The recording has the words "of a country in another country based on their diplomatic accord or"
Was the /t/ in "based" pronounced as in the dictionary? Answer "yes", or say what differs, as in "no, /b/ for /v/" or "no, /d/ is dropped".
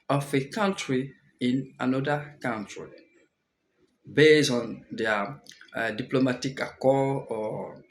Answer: no, /t/ is dropped